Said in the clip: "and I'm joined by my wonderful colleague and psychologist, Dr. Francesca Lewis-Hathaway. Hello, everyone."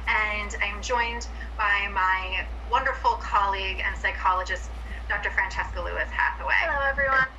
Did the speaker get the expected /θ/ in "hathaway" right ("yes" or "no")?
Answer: no